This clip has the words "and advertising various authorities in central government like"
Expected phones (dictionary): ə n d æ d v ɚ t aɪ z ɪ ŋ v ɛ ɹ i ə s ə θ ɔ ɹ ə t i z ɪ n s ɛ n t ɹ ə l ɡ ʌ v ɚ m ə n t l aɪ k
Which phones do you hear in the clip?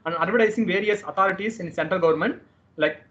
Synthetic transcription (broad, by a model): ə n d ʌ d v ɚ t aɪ s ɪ ŋ v ɛ ɹ i ə s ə t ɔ ɹ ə t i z ɪ n s ɛ n t ɹ ə l ɡ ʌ v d m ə n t l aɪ k